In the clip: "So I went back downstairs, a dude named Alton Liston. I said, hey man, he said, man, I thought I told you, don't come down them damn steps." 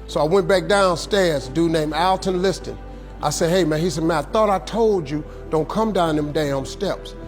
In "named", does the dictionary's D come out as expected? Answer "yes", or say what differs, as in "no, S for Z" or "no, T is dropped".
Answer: no, D is dropped